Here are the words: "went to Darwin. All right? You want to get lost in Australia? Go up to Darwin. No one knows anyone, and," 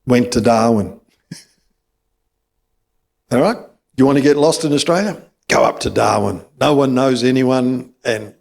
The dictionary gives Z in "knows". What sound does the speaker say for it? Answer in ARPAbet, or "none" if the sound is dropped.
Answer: Z